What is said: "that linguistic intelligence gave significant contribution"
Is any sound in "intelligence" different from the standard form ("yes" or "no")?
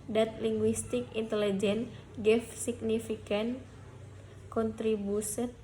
yes